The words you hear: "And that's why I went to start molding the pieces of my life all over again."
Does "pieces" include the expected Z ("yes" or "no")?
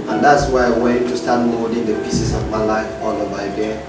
no